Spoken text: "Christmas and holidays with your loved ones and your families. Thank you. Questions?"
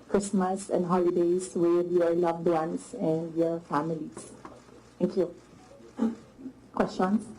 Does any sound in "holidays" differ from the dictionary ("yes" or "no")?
yes